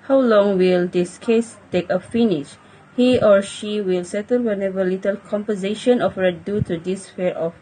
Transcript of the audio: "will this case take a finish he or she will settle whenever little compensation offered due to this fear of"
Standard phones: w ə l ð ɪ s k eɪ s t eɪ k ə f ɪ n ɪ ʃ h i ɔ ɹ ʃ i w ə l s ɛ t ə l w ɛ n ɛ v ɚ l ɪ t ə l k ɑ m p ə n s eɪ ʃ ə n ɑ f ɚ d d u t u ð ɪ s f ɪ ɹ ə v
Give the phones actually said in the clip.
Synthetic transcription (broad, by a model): w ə l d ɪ s k eɪ s t eɪ k ə f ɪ n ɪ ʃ h i ɔ ɹ ʃ i w ə l s ɛ t ə l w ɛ n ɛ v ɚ l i t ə l k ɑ m p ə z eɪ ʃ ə n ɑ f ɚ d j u t u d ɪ s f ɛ ɹ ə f